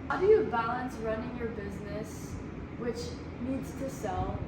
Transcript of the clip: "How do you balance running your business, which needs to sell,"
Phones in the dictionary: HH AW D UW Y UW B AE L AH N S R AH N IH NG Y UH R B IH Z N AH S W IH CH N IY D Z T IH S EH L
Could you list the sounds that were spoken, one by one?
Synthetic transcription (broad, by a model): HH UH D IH Y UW B AE L AH N S R AH N IH NG Y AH R B IH Z N AH S W IH CH N IY D Z T IH S EH L